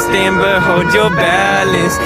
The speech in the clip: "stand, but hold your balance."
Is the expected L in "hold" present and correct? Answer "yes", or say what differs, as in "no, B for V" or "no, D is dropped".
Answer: no, L is dropped